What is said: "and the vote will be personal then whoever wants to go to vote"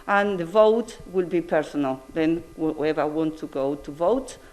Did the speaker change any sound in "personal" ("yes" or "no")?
no